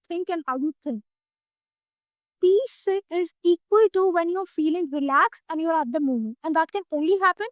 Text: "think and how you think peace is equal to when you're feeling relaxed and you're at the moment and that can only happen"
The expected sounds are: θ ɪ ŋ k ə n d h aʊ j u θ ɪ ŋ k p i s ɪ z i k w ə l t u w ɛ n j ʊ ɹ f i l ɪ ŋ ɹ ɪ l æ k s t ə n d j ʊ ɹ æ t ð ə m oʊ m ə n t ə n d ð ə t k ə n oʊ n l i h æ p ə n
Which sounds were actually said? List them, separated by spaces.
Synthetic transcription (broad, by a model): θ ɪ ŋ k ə n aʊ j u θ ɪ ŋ p i s ɪ z i k w ə l t u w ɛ n j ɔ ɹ f i l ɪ ŋ ɹ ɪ l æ k s ə n j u ɹ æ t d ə m oʊ m ə n t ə n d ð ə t k ə n oʊ n l i h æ p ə n